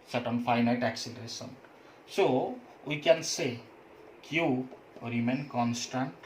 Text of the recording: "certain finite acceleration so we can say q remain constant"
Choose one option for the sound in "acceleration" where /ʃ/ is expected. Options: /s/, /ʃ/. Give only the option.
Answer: /s/